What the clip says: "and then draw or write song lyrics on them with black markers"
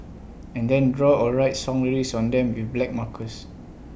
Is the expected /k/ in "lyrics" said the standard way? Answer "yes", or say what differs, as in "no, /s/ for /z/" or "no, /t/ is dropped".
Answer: no, /k/ is dropped